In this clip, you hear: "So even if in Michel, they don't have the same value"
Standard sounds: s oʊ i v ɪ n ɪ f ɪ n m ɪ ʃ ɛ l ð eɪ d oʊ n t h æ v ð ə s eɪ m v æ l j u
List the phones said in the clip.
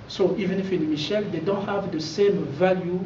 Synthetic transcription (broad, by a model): s oʊ i v ɪ n ɪ f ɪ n m ɪ ʃ ɛ l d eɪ d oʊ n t h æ v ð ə s eɪ m v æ l j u